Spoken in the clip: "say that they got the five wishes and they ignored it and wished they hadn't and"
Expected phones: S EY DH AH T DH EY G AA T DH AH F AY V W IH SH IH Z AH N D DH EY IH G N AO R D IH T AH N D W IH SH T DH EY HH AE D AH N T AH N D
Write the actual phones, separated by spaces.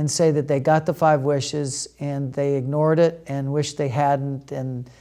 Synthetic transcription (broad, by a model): S EY DH AH T DH EY G AA T DH AH F AY V W IH SH IH Z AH N DH EY IH G N AO R D IH T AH N W IH SH DH EY HH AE D N T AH N